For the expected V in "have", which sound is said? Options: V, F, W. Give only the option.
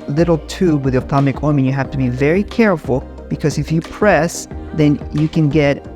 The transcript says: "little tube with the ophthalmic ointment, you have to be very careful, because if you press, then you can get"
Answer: F